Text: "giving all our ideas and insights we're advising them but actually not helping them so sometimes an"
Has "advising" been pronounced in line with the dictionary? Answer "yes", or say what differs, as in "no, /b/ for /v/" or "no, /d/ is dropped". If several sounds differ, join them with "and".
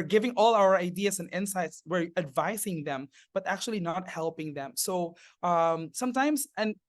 no, /s/ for /z/